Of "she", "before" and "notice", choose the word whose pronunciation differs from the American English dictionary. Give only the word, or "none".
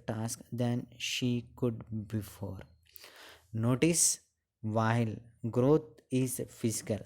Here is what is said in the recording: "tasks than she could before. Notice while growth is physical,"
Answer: none